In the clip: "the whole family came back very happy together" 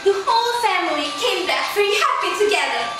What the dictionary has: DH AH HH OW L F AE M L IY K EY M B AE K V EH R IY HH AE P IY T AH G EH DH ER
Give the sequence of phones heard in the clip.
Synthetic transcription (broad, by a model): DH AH HH OW L F AE M L IY K EY M B AE K F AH R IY HH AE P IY T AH G EH DH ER